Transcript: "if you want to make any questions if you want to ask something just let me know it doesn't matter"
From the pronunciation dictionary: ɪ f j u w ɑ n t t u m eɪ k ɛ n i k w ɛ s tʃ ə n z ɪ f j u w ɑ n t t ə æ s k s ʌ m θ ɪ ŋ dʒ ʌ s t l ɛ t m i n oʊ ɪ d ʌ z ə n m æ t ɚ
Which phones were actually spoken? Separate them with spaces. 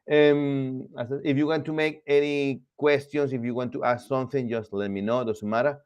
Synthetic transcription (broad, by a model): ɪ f j u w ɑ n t t u m eɪ k ɛ n i k w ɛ s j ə n s ɪ f j u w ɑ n t t ə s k s ʌ m θ ɪ ŋ dʒ ʌ s t l ɛ t m i n oʊ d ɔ s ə m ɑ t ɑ